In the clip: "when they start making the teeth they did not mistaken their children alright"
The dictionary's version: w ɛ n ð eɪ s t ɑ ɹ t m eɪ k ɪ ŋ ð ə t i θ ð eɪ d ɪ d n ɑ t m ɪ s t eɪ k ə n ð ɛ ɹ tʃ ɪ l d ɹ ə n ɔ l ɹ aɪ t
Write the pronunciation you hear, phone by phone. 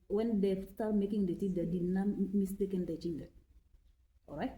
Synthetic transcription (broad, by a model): w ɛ n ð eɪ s t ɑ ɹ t m eɪ k ɪ ŋ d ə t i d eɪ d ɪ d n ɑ m ɪ s t eɪ k ə n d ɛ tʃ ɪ n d ə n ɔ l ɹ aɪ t